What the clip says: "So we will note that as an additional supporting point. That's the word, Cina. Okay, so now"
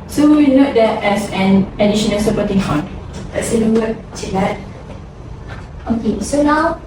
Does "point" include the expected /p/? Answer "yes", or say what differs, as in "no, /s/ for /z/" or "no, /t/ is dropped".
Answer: no, /f/ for /p/